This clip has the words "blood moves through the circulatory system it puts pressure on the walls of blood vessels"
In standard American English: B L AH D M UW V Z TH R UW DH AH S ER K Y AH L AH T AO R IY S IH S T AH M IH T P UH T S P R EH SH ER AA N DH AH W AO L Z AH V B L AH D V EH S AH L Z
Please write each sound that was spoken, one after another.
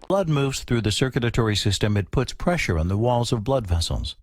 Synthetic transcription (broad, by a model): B L AH D M UW V Z TH R UW DH AH S ER K Y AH L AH T AO R IY S IH S T AH M IH T P UH T S P R EH SH ER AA N DH AH W AO L Z AH V B L AH D V EH S L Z